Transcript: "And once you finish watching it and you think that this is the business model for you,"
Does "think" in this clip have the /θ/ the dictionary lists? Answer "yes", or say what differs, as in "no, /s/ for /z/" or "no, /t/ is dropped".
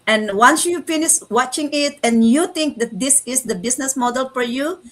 no, /t/ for /θ/